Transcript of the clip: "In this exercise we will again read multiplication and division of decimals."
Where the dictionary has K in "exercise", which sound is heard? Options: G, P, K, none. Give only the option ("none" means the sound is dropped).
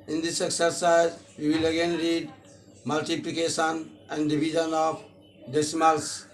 K